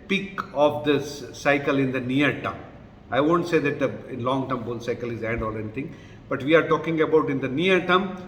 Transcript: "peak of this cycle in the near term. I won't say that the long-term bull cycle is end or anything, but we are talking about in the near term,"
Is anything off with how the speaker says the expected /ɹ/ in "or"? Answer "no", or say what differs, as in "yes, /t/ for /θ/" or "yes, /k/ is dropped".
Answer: yes, /l/ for /ɹ/